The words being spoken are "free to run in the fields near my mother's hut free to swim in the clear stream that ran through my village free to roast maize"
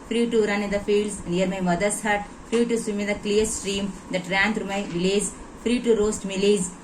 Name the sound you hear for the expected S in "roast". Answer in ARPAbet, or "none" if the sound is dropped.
S